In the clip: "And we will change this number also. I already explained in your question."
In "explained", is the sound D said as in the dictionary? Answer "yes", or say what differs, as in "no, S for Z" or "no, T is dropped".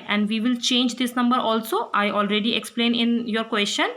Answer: no, D is dropped